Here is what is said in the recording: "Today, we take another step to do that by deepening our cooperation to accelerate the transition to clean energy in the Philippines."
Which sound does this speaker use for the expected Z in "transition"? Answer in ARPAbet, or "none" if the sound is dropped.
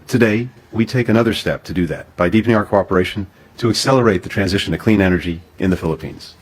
Z